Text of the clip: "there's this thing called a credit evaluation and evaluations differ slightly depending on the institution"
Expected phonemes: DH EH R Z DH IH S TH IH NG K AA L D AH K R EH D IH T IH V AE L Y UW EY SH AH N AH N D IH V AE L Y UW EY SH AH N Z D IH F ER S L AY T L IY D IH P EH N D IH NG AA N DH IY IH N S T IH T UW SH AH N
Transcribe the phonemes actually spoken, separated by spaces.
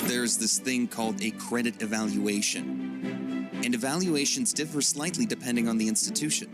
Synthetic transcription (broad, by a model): DH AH R Z DH IH S TH IH NG K AA L D AH K R EH D IH T IH V AE L Y UW EY SH AH N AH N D IH V AE L Y UW EY SH AH N Z D IH F ER S L AY T L IY D IH P EH N D IH NG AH N DH IY IH N S T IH T UW SH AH N